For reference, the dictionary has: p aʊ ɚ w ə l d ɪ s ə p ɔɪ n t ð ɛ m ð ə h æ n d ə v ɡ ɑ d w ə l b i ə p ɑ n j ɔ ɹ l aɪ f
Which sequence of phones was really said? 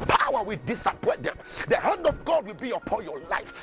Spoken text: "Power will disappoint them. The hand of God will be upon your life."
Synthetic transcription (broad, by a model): p aʊ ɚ w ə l d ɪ s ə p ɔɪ t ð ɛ m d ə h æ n d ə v ɡ ɑ d w ə l b i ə p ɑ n j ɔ l aɪ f